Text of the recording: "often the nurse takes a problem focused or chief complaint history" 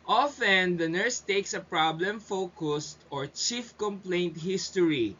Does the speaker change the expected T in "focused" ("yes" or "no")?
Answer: no